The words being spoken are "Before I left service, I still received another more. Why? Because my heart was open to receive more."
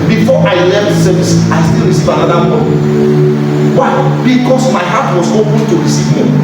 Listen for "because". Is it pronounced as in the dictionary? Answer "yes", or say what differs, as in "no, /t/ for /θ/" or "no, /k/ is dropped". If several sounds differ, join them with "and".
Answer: no, /s/ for /z/